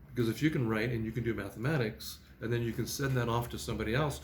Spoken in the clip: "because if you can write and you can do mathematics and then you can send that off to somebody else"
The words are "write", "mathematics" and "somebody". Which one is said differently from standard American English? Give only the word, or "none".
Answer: none